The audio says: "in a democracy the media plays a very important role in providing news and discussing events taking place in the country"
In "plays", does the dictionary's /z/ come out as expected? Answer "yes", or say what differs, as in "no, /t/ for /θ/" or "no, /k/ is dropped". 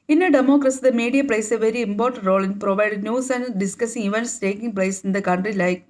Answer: no, /s/ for /z/